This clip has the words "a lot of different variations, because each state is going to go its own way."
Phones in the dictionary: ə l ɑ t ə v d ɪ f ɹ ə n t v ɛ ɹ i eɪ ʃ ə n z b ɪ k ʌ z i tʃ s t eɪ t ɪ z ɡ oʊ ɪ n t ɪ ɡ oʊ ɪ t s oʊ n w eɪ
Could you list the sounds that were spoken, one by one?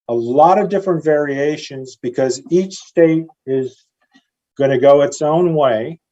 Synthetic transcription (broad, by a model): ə l ɑ t ə v d ɪ f ɹ ə n t v ɛ ɹ i eɪ ʃ ə n z b ɪ k ʌ z i tʃ s t eɪ t ɪ z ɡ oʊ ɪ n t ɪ ɡ oʊ ɪ t s oʊ n w eɪ